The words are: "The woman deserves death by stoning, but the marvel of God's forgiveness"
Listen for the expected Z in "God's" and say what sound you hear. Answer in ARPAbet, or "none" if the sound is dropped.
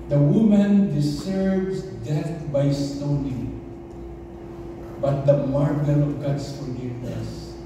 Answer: S